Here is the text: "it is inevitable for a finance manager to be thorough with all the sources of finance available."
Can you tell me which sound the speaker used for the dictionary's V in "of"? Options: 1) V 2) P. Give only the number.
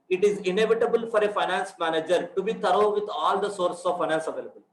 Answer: 1